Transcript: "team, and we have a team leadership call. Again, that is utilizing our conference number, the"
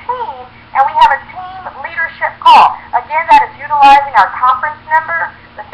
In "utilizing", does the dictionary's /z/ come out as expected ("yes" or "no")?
yes